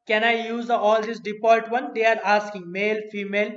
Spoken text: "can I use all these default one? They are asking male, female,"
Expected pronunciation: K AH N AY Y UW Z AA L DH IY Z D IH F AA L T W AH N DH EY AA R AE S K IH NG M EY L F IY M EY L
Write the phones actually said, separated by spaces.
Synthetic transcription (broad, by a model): K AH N AY Y UW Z AA L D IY S D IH P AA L T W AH N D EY AA R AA S K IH NG M EY L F IY M EY L